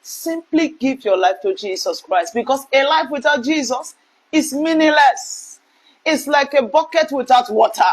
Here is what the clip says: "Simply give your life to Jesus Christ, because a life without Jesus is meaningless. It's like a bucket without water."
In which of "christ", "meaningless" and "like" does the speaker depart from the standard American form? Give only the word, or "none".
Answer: meaningless